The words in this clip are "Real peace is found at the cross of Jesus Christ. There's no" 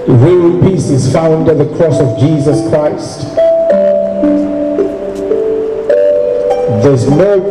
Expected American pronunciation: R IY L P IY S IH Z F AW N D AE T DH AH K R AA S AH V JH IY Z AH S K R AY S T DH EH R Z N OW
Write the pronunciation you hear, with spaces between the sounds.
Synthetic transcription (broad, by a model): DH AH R P IY S IH Z F AW N D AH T DH AH K R AA S AH V JH IY Z AH S K R AY S T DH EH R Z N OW